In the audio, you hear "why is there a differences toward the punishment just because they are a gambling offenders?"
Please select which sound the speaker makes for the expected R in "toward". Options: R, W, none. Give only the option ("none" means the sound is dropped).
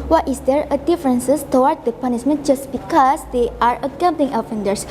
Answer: W